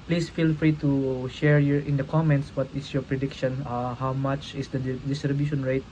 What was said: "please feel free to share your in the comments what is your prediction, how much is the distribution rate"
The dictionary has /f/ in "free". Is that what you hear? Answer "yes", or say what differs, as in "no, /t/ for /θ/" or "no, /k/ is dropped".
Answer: yes